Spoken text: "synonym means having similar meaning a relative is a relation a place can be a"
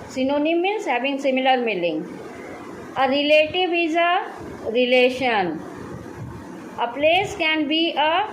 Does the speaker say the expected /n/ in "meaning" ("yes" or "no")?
no